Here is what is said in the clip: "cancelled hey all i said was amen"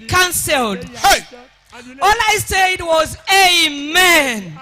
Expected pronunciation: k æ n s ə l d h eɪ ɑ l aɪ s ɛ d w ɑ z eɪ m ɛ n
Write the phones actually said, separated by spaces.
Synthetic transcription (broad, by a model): k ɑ n s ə l d h eɪ ɑ l aɪ s ɛ d w ɑ z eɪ m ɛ n